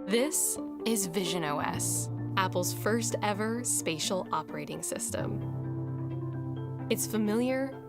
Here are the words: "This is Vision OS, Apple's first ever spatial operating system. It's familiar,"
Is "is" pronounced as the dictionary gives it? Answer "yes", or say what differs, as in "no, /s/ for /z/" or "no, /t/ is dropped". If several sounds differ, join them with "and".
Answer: yes